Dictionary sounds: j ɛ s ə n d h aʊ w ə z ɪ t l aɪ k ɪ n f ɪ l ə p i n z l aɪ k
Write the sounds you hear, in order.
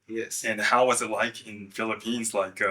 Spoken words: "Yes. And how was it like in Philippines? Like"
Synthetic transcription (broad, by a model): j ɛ s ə n h aʊ w ə z ɪ t l aɪ k ɪ n f ɪ l ə p i n z l aɪ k